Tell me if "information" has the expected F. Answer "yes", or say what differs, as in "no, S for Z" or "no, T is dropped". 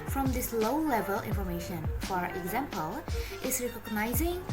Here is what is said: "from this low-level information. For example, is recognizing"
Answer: yes